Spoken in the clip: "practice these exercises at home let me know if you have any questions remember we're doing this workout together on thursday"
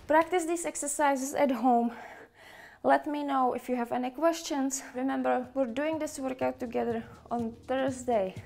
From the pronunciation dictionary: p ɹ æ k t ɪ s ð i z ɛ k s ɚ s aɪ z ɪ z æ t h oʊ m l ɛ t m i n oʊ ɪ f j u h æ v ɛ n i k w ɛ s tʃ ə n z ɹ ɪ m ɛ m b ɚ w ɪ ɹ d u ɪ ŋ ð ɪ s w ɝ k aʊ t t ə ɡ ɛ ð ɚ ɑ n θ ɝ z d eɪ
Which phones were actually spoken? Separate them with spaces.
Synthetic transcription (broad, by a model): p ɹ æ k t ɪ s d i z ɛ k s ɚ s aɪ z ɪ s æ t h oʊ m l ɛ t m i n oʊ ɪ f j u h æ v ɛ n i k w ɛ s tʃ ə n s ɹ ɪ m ɛ m b ɚ w ɪ ɹ d u ɪ ŋ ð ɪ s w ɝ k aʊ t t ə ɡ ɛ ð ɚ ɑ n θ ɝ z d eɪ